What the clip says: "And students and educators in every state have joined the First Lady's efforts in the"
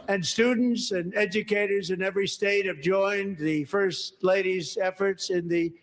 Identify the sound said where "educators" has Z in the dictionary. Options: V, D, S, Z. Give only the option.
Z